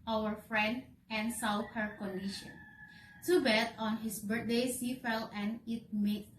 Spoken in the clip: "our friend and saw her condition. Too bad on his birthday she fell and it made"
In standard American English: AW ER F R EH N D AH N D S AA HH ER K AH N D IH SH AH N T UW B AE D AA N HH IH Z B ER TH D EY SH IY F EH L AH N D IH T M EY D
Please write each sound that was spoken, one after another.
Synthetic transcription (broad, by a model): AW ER F R EH N D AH N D S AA HH ER K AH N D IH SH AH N T UW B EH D AA N HH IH S B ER T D EY S IY F EH L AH N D IH T M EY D